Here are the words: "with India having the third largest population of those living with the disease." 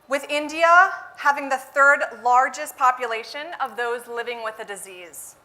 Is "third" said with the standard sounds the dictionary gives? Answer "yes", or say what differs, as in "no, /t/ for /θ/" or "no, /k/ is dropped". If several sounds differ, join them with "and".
yes